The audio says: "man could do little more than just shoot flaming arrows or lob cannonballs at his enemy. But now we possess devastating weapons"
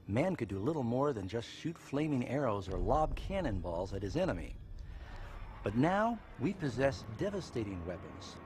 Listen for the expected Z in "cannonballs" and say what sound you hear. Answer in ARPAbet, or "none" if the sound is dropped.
Z